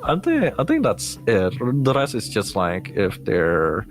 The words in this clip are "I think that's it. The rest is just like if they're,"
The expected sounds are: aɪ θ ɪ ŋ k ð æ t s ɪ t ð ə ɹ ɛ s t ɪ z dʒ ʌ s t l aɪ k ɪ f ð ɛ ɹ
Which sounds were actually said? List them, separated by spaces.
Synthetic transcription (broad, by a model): aɪ θ ɪ ŋ k ð æ t s ɪ t ð ə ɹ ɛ s ɪ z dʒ ʌ s t l aɪ k ɪ f ð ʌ ɹ